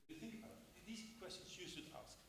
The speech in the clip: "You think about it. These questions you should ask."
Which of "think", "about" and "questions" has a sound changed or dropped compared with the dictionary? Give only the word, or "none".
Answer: about